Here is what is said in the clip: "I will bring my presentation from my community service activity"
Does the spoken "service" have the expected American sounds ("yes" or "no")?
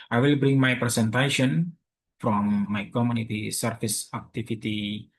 no